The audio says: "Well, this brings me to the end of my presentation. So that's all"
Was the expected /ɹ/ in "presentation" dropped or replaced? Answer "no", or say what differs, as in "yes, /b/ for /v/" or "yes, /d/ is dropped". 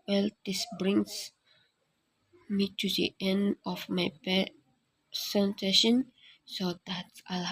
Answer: yes, /ɹ/ is dropped